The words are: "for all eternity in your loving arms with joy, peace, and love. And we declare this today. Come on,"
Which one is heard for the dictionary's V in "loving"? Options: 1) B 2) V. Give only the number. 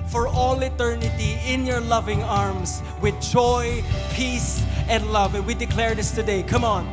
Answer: 2